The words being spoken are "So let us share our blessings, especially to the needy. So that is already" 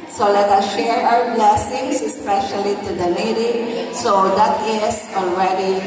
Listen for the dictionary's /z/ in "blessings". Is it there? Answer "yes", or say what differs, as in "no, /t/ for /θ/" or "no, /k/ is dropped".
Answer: no, /s/ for /z/